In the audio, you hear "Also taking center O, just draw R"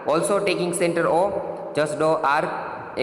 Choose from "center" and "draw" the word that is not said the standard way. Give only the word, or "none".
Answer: draw